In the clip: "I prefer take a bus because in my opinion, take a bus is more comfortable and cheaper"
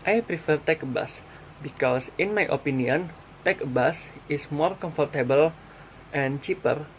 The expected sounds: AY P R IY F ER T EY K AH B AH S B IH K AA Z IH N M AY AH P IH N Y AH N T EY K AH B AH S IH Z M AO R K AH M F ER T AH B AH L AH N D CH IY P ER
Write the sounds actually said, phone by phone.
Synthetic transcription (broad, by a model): AY P R IY F ER T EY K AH B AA S B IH K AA S IH N M AY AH P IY N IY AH N T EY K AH B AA S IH S M AO R K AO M F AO T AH B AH L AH N CH IY P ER